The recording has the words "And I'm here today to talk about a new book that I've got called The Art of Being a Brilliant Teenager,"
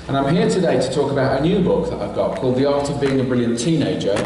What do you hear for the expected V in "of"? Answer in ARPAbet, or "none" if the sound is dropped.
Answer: V